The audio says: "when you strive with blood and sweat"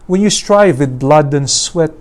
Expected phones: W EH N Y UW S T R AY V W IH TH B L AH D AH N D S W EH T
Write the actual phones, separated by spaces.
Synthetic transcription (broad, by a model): W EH N Y UW S T R AY V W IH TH B L AH D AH N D S W EH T